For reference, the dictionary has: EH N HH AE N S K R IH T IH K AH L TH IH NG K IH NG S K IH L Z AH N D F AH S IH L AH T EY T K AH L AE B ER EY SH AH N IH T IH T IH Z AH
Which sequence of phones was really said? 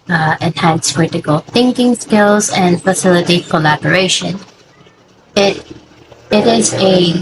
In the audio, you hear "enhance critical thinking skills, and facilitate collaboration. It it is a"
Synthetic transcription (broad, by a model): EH N HH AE N S K R IH T IH K AH L TH IH NG K IH NG S K IH L Z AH N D F AH S IH L AH T EY T K AH L AE B ER EY SH AH N IH T IH T IH Z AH